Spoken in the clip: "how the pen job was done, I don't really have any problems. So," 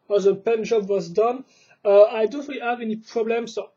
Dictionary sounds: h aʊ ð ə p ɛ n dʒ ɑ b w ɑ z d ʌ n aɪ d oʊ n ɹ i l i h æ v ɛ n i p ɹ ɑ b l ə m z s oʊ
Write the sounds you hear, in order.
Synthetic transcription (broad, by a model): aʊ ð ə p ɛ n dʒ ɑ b w ɑ z d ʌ n aɪ d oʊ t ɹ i i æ v ɛ n i p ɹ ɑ b l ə m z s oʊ